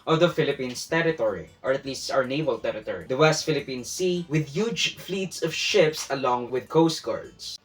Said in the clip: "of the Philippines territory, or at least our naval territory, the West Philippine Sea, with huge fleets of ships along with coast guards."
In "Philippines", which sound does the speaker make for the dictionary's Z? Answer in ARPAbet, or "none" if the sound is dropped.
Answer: S